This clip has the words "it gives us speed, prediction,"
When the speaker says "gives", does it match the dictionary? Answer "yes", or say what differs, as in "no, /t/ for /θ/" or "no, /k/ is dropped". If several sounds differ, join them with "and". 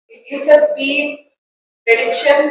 no, /v/ is dropped